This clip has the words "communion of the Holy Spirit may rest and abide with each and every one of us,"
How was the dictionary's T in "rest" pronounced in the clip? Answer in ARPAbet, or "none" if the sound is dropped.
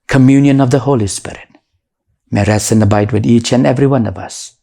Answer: none